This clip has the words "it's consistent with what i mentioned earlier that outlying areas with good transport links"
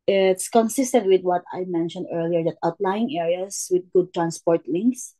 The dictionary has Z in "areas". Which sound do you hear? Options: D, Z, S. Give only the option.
S